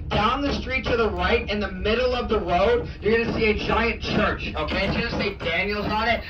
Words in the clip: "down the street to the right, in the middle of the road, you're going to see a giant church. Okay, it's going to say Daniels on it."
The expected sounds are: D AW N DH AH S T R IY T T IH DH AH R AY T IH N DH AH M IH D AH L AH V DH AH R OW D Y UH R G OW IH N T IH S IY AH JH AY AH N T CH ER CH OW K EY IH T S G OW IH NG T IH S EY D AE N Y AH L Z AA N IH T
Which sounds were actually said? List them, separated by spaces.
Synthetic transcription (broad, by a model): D AW N DH AH S T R IY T T IH DH AH R AY T IH N DH AH M IH D L AH V DH AH R OW D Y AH R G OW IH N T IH S IY AH JH AY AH N CH ER CH OW K EY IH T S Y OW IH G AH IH S EY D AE N Y L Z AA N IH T